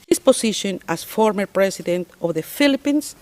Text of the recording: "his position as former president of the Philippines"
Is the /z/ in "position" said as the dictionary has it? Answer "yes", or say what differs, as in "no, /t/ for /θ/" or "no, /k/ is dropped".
no, /s/ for /z/